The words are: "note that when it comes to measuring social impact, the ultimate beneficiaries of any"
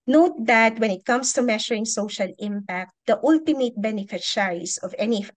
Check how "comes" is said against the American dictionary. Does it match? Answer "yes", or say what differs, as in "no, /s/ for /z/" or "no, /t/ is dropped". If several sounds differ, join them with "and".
no, /s/ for /z/